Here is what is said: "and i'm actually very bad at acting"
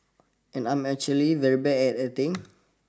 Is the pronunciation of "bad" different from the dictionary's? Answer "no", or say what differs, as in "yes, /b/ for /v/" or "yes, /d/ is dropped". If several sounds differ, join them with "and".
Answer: yes, /d/ is dropped